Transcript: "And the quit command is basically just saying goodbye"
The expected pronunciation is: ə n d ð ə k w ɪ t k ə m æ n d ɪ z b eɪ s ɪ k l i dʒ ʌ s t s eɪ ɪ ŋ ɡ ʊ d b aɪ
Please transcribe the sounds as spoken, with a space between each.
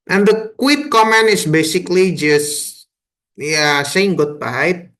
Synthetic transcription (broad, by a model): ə n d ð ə k w ɪ t k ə m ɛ n ɪ s b eɪ s ɪ k l i dʒ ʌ s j s eɪ ɪ ŋ ɡ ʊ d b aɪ